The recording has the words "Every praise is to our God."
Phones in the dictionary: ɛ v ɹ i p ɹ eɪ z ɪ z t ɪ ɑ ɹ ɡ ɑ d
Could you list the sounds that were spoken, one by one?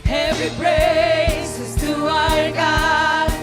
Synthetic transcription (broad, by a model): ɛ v ɹ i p ɹ eɪ s ɪ z t ɪ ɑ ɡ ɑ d